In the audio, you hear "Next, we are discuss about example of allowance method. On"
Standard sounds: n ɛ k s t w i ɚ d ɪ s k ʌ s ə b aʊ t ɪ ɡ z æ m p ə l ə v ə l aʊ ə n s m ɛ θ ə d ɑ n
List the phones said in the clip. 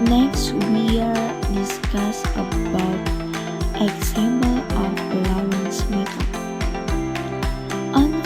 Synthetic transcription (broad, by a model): n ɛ k s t w i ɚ d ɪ s k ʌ s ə b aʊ t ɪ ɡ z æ m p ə l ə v ə l aʊ ə n s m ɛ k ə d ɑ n